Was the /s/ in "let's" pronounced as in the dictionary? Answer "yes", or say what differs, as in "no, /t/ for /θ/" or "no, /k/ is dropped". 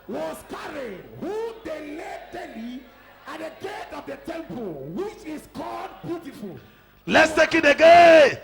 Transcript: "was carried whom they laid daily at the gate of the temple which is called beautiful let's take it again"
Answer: yes